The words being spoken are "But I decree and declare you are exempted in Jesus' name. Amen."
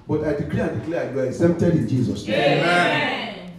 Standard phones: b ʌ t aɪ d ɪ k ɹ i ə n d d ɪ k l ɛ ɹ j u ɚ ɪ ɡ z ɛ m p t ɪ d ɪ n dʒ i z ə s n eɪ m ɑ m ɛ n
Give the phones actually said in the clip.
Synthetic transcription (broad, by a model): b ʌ t aɪ d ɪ k l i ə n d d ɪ k l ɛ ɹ j u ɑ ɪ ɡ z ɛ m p t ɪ d ɪ n dʒ i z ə s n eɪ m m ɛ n